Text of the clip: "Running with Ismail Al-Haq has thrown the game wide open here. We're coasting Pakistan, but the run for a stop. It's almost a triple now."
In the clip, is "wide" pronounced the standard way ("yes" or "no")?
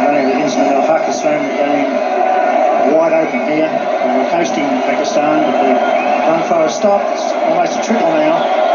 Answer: yes